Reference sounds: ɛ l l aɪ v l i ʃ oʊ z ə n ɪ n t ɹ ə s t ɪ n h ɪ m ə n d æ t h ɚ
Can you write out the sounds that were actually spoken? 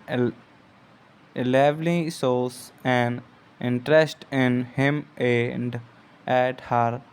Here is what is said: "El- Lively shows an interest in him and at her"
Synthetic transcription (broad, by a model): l l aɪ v l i s oʊ s ə n ɪ n t ɹ ə s t ɪ n h ɪ m ə n d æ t h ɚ